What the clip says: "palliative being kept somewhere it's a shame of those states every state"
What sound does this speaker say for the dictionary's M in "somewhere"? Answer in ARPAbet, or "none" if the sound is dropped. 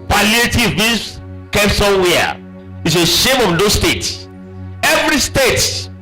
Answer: none